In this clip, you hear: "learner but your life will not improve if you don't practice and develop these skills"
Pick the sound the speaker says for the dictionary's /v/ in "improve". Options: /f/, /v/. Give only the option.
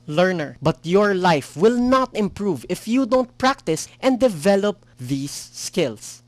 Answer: /v/